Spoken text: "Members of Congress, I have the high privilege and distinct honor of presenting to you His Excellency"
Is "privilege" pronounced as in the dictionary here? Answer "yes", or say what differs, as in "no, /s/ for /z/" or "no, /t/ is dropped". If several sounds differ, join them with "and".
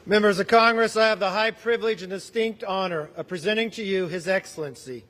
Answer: yes